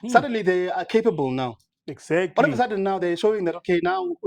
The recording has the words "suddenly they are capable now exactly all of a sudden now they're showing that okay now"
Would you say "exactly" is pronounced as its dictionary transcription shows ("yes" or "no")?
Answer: no